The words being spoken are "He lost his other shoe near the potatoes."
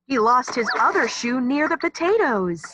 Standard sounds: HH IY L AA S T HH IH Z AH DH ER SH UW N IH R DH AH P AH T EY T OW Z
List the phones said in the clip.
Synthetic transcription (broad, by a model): HH IY L AA S T HH IH Z AH DH ER SH UW N IH R DH AH P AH T EY T OW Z